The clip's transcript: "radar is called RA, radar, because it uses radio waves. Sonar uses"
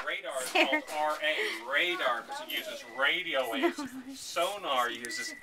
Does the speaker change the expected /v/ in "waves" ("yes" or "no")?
yes